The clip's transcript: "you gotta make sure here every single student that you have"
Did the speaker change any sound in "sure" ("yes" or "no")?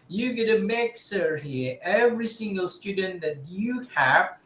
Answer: yes